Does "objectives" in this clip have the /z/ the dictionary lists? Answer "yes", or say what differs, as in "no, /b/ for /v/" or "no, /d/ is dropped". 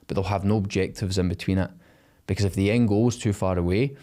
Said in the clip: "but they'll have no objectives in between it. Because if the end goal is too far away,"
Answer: yes